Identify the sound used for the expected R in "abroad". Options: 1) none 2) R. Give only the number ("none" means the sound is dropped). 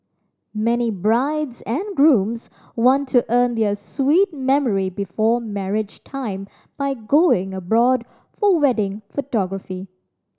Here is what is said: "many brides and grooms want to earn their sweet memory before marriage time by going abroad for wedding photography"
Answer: 2